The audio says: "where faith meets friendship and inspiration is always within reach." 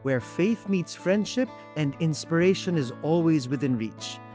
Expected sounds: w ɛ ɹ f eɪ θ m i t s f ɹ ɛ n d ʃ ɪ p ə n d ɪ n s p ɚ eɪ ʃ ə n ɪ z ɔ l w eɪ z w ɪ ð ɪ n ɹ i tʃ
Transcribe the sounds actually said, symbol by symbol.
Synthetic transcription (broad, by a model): w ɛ ɹ f eɪ θ m i t s f ɹ ɛ n d ʃ ɪ p ə n d ɪ n s p ɚ eɪ ʃ ə n ɪ z ɔ l w eɪ z w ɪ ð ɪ n ɹ i tʃ